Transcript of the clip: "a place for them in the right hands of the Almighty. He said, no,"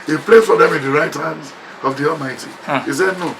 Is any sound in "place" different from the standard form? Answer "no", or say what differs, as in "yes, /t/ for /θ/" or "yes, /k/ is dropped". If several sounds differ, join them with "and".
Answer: yes, /s/ is dropped